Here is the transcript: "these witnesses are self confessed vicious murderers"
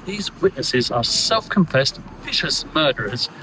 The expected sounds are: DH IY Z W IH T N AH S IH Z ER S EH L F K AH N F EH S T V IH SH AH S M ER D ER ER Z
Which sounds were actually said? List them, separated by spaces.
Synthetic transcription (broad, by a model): DH IY Z W IH T N AH S IH Z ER S EH L F K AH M F EH S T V IH SH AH S M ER D ER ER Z